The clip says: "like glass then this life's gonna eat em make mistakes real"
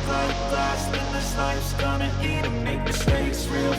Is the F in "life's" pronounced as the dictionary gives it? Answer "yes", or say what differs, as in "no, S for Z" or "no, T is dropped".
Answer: no, F is dropped